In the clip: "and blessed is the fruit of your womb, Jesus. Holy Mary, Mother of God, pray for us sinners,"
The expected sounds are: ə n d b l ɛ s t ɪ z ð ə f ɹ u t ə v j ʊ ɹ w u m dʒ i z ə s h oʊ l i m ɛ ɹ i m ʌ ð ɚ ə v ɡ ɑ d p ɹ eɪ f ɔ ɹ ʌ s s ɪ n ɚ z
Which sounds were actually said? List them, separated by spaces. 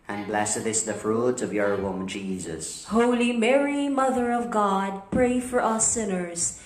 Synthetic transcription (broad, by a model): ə n b l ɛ s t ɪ s ð ə f ɹ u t ə v j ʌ ɹ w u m dʒ i z ə s h oʊ l i m ɛ ɹ i m ʌ ð ɚ ə v ɡ ɑ d p ɹ eɪ f ɔ ɹ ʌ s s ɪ n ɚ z